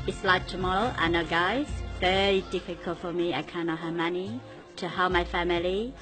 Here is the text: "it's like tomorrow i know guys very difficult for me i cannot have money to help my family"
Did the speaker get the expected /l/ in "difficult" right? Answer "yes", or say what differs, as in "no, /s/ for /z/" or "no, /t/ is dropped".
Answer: yes